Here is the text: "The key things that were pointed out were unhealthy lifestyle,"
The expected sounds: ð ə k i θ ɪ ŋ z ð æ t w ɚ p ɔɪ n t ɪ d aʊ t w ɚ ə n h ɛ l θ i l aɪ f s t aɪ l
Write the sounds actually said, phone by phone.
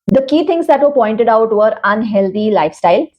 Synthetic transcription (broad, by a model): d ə k i t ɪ ŋ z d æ t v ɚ p ɔɪ n t ɪ d aʊ t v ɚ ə n h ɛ l t i l aɪ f s t aɪ l